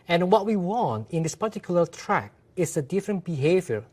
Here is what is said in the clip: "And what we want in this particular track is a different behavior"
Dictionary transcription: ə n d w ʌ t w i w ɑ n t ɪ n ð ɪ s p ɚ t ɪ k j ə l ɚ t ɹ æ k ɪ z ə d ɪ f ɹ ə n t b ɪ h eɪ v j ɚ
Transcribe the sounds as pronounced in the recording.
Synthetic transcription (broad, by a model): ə n w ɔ t w i w ɑ n t ɪ n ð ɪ s p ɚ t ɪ k j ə l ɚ t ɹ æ k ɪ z ə d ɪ f ɹ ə n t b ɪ h eɪ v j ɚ